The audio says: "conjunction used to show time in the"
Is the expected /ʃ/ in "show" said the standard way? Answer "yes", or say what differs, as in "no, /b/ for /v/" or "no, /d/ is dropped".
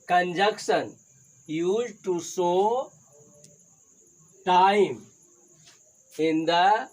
no, /s/ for /ʃ/